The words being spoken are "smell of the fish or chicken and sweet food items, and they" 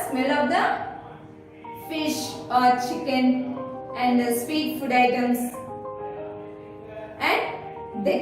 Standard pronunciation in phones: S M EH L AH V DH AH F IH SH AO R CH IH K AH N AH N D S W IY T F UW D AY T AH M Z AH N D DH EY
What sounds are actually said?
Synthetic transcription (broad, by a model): S M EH L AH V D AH F IH SH AO R CH IH K AH N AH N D S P IY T F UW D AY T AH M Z AH N D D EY